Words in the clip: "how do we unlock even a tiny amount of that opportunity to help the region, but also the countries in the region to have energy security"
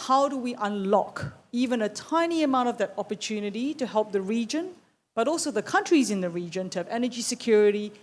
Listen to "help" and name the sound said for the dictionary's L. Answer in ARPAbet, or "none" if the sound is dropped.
L